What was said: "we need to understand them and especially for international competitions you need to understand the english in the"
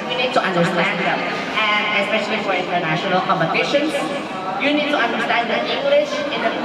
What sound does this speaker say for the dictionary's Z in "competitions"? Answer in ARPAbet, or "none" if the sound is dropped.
none